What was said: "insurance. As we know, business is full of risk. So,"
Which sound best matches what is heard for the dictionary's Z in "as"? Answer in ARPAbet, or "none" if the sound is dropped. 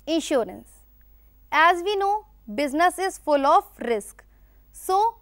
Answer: Z